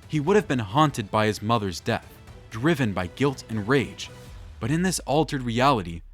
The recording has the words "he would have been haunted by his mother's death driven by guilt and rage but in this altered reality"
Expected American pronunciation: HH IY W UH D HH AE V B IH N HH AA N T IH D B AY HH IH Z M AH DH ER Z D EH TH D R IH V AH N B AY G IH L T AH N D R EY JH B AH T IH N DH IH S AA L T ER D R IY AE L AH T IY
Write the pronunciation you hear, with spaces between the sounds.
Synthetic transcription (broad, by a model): HH IY W UH D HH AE V B IH N HH AA N T IH D B AY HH IH Z M AH DH ER Z D EH TH D R IH V AH N B AY G IH L T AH N R EY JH B AH T IH N DH IH S AA L T ER D R IY AE L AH T IY